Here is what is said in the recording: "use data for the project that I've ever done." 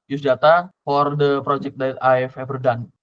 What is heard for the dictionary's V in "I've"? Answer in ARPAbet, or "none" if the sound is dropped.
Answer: F